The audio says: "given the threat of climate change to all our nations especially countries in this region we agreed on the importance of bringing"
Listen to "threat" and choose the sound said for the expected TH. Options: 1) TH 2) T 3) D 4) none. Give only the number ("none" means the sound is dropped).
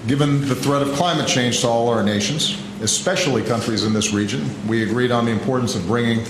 1